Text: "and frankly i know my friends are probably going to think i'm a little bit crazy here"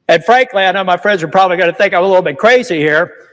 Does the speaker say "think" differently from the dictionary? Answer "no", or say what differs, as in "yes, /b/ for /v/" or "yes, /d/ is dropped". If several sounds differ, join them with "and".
no